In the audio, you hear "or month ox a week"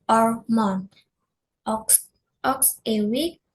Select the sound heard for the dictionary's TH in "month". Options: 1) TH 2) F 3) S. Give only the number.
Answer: 3